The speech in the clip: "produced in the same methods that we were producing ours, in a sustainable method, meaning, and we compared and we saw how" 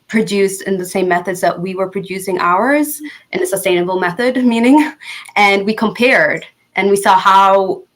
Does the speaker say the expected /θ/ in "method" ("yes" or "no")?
yes